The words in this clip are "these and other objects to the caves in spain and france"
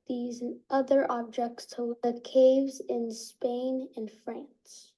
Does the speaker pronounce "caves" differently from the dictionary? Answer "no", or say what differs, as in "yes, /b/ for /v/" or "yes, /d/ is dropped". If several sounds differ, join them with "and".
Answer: no